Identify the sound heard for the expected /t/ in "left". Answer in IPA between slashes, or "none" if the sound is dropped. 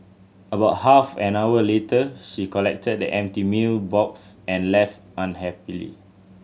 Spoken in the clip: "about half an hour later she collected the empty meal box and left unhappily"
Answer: /t/